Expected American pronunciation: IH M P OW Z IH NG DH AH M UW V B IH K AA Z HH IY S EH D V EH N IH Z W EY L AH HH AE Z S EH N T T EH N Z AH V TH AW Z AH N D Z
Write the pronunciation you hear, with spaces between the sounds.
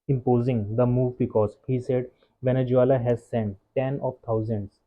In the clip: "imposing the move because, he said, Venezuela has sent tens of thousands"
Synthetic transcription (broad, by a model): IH M P OW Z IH NG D AH M UW V B IH K AA Z HH IY S EH D V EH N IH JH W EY L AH HH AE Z S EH N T T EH N AH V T AW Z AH N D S